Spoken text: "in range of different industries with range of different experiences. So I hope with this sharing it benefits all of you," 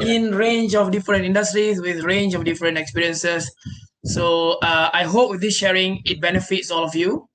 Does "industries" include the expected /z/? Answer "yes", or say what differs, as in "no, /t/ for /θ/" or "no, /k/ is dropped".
no, /s/ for /z/